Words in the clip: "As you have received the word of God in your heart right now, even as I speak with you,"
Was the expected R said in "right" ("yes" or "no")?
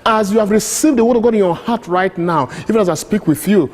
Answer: yes